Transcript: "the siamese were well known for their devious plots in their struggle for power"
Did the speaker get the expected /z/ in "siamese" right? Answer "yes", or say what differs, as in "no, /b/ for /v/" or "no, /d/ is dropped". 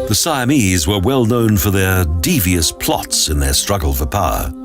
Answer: yes